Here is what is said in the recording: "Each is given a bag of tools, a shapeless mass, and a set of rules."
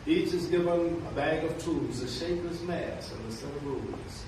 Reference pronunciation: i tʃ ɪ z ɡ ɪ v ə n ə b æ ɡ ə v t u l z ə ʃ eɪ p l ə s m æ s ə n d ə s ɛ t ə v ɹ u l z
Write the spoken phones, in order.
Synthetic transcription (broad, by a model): i tʃ ɪ z ɡ ɪ v ə n ə b æ ɡ ə v t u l z ə ʃ eɪ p ə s m æ s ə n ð ə s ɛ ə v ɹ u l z